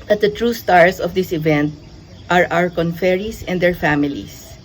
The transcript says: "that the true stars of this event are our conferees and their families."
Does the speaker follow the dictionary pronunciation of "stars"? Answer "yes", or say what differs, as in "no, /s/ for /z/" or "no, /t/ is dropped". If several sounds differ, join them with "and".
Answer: no, /s/ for /z/